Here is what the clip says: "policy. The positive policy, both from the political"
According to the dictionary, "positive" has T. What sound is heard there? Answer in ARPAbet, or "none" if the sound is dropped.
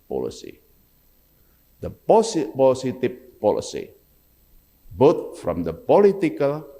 S